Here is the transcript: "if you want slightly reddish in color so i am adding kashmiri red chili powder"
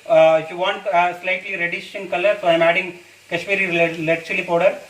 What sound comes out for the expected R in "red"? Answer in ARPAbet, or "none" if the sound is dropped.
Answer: L